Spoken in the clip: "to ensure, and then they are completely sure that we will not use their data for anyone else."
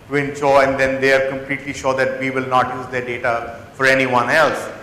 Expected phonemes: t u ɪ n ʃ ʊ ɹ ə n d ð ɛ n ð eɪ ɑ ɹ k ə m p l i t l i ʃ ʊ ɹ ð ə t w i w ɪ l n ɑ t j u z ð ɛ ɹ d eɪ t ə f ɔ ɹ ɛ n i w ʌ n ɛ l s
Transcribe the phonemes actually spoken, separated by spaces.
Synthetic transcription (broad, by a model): t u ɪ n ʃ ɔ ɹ ə n d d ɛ n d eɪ ɑ ɹ k ə m p l i t l i ʃ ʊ ɹ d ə t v i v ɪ l n ɑ t j u z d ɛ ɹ d eɪ t ə f ɔ ɹ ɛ n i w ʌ n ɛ l s